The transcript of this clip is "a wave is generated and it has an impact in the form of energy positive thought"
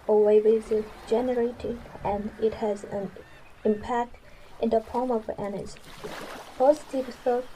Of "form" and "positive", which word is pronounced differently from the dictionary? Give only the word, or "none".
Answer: form